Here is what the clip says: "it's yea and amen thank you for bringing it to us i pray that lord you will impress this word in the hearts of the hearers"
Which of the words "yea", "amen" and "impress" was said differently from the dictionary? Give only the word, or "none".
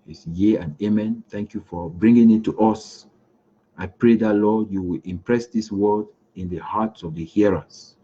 none